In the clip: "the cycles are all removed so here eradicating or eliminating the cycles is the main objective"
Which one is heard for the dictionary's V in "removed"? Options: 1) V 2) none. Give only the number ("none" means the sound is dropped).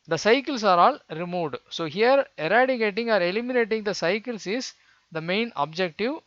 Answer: 1